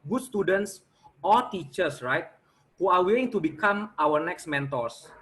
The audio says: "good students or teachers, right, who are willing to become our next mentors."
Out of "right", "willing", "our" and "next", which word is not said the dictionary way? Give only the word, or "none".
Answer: willing